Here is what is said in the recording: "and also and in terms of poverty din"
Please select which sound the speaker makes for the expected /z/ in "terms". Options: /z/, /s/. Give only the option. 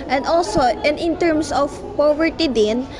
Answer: /s/